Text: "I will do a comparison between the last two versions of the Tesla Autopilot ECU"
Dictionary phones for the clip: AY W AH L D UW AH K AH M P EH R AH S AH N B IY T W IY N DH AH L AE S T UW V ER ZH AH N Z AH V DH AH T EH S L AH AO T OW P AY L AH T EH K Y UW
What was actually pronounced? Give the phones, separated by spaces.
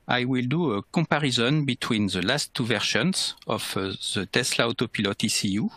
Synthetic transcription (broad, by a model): AY W AH L D UW AH K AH P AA R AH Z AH N B IY T W IY N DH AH L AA S T UW V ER SH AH N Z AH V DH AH T EH S L AH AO T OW P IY L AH T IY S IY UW